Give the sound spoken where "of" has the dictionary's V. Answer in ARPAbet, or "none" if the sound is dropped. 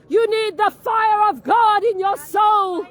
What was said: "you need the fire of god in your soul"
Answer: V